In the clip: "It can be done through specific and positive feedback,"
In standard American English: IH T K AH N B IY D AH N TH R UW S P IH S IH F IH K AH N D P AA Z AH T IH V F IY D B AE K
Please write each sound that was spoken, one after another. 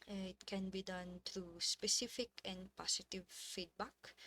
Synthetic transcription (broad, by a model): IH T K AH N B IY D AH N T R UW S P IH S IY F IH K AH N P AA S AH T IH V F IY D B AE K